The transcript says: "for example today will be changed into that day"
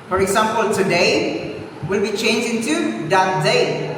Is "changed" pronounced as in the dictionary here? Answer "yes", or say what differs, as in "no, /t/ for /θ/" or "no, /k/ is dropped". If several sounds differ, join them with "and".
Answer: no, /d/ is dropped